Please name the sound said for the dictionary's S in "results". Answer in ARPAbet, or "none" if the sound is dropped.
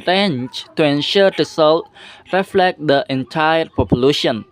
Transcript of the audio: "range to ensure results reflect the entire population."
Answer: none